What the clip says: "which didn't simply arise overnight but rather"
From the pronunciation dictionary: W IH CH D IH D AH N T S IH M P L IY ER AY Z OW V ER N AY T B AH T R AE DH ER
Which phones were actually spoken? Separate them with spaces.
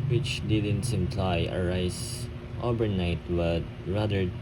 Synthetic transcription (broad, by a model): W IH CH D IH D AH N T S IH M P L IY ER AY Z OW B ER N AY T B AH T R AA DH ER